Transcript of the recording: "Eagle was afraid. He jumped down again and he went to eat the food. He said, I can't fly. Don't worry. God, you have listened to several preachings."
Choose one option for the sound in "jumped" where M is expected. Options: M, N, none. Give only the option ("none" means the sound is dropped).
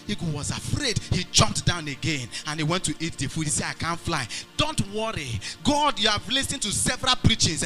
M